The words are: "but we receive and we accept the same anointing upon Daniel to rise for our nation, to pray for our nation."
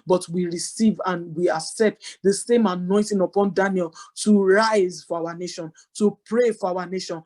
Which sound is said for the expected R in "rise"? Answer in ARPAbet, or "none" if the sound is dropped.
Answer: R